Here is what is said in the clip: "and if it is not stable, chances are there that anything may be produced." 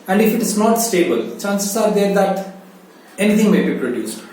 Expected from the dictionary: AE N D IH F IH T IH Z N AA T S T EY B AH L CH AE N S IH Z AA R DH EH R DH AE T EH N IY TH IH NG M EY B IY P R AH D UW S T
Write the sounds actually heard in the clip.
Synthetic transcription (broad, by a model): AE N D IH F IH T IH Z N AA T S T EY B AH L CH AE N S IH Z AA R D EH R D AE T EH N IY T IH NG M EY B IY P R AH D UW S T